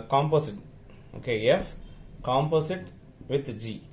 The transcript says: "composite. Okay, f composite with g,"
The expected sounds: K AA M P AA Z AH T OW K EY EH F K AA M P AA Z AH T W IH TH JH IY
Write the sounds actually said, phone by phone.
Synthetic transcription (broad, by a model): K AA M P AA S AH T OW K EY EH F K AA M P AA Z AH T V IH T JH IY